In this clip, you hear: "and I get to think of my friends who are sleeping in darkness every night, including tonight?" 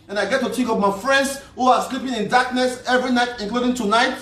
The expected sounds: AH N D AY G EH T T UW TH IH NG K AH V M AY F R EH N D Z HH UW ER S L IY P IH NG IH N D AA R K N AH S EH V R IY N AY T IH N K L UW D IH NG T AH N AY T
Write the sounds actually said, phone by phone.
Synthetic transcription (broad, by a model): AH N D AY G EH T T UW T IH K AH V M AY F R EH N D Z HH UW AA S L IY P IH NG IH N D AA K N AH S EH V R IY N AY T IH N K L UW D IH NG T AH N AY T